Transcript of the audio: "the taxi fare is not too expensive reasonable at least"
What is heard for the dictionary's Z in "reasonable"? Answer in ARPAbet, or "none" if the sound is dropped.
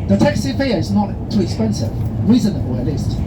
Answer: Z